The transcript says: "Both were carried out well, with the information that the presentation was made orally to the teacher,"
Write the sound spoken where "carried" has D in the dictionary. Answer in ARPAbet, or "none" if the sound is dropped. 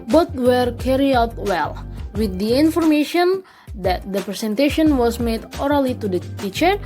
none